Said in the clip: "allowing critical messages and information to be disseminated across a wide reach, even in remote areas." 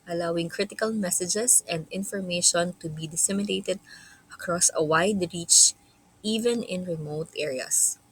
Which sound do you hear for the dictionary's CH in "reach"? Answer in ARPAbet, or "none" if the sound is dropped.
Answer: CH